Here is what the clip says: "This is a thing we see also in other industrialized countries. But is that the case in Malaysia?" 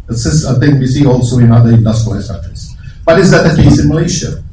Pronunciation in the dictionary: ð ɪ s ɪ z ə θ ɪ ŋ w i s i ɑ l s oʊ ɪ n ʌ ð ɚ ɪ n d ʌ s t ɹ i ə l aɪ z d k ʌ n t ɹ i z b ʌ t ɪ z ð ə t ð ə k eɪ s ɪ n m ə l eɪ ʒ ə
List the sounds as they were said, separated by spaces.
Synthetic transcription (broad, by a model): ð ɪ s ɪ s ə θ ɪ ŋ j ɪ s i ɑ l s oʊ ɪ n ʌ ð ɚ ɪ n d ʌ s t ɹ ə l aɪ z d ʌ t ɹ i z b ʌ t ɪ z ð ə t ð ə k eɪ s ɪ n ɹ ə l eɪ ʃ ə